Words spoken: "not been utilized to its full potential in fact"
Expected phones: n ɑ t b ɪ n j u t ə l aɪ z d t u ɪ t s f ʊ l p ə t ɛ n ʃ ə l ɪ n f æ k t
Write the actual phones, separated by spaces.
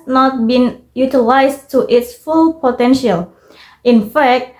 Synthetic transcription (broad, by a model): n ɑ t b ɪ n j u t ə l aɪ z t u ɪ t s f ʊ l p ə t ɛ n ʃ ə l ɪ n f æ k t